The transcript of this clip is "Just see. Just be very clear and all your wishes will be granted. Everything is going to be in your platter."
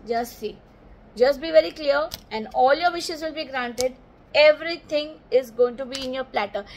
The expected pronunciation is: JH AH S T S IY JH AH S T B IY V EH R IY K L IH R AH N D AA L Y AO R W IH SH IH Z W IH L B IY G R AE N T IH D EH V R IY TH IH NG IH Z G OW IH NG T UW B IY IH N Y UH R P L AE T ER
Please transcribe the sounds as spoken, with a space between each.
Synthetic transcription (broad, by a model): JH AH S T S IY JH AH S T B IY V EH R IY K L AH R AH N D AA L Y AO R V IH SH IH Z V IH L B IY G R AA N T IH D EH V R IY T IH NG IH Z G OW IH NG T UW B IY IH N Y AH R P L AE T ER